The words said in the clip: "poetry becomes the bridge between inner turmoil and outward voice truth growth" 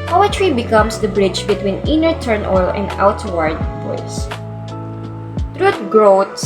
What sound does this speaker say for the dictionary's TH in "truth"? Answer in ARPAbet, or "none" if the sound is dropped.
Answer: T